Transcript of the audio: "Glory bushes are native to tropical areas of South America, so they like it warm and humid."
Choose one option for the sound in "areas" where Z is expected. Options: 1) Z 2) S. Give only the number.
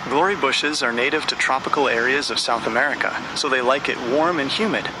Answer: 1